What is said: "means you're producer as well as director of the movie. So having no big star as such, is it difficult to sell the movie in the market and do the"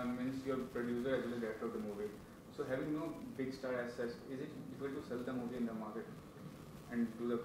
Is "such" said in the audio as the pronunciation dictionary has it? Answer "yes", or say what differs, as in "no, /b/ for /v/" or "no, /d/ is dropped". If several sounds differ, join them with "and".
no, /s/ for /tʃ/